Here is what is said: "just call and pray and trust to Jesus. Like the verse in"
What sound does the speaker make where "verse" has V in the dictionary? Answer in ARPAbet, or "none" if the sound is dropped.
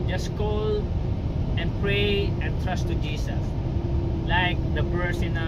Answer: B